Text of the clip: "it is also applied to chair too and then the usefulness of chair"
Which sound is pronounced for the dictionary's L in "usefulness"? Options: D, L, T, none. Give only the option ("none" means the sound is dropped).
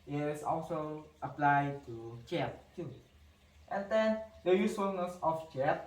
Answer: none